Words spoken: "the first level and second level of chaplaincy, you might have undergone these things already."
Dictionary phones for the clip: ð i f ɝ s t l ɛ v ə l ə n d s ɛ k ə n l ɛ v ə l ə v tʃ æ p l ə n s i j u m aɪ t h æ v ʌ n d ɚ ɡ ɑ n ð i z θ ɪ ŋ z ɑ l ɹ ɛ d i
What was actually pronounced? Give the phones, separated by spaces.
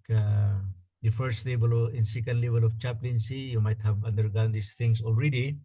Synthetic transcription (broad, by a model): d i f ɝ s t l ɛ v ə l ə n s ɛ k ə n l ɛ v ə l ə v tʃ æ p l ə n s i j u m aɪ t h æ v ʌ n d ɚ ɡ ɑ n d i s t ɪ ŋ s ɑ l ɹ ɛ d i